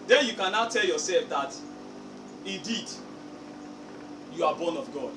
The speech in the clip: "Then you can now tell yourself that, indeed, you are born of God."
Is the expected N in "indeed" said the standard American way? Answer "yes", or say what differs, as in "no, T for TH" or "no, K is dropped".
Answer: no, N is dropped